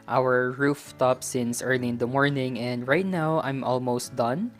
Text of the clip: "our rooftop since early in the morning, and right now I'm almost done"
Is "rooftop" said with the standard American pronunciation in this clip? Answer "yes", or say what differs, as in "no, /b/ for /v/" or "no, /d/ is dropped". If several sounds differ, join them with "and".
yes